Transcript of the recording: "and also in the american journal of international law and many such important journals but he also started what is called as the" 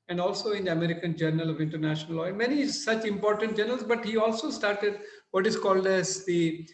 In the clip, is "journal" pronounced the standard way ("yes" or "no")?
yes